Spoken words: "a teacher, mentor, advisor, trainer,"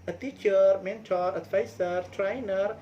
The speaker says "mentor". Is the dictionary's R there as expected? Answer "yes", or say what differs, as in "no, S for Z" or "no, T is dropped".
yes